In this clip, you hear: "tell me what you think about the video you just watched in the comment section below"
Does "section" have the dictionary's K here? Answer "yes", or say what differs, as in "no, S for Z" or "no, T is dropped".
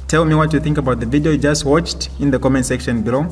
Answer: yes